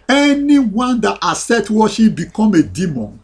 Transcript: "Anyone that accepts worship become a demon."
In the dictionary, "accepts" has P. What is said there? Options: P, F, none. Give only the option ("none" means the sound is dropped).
none